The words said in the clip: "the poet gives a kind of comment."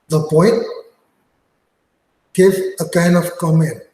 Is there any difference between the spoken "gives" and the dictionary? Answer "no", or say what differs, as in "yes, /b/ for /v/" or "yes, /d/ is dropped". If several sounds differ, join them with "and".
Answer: yes, /z/ is dropped